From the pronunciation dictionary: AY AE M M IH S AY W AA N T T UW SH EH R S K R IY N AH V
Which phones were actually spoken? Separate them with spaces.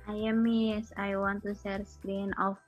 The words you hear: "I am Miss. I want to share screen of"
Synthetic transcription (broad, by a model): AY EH M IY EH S AY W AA N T T UW S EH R S K R IY N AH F